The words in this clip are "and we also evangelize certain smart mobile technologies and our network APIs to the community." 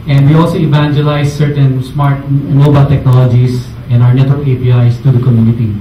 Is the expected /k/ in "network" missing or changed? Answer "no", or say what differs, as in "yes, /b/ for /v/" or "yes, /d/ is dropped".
yes, /k/ is dropped